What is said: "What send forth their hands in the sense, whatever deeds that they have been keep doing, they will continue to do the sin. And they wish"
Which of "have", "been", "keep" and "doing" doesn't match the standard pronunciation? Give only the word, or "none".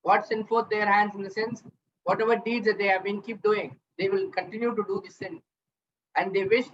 none